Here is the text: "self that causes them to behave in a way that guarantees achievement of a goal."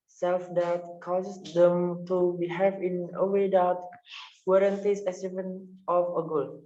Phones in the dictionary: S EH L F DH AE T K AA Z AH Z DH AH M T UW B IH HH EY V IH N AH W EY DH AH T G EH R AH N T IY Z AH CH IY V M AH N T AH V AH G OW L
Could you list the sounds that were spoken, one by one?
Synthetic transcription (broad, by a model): S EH L F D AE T K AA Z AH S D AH M T UW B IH HH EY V IH N AH W EY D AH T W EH R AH N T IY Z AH S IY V AH N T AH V AH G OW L